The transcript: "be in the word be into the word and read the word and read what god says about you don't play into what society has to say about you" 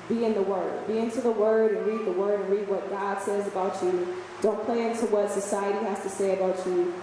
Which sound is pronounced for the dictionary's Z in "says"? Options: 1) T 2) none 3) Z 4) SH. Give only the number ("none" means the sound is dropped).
3